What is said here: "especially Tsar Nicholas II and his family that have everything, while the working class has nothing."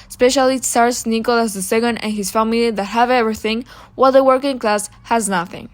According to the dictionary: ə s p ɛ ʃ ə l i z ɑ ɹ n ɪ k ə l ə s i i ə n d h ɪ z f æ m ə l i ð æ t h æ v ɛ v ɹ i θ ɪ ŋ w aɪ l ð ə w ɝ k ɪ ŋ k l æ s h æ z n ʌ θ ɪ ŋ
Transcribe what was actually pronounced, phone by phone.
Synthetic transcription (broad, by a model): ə s p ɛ ʃ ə l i s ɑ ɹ n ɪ k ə l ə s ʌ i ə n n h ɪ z f æ m ə l i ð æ t h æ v ɛ v ɹ i θ ɪ ŋ w aɪ l ð ə w ɝ k ɪ ŋ k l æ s h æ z n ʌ θ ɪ ŋ